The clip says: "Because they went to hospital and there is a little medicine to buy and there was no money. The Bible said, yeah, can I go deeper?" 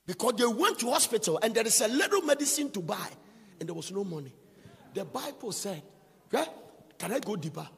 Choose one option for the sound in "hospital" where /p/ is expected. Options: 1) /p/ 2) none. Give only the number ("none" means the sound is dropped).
1